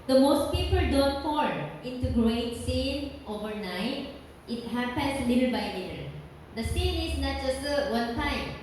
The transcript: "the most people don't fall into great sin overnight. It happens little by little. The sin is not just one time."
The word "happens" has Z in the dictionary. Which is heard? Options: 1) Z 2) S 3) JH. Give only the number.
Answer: 2